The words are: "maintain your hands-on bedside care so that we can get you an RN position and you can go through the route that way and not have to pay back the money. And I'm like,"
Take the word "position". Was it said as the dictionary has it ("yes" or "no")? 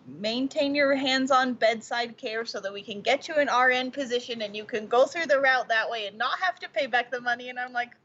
yes